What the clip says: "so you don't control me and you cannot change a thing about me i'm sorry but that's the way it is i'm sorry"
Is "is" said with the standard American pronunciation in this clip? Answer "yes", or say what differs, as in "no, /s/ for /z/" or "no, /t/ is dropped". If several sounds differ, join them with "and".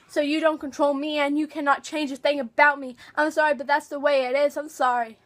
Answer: yes